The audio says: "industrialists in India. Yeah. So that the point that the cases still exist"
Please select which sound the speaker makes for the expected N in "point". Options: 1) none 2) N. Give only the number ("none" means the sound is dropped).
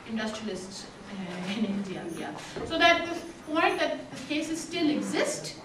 1